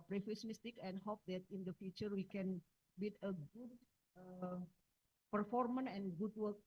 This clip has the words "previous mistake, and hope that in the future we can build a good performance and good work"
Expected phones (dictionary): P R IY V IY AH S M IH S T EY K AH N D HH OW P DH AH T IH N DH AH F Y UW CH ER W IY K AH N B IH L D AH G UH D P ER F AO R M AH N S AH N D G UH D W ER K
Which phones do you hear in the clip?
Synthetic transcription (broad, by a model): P R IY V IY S M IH S T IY K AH N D HH OW P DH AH T IH N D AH F Y UW CH ER W IY K AH N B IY D AH G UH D P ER F AO R M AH N AH N G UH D W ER K